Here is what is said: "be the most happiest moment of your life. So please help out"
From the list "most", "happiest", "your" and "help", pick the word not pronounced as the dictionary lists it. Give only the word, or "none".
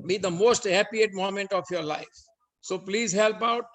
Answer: happiest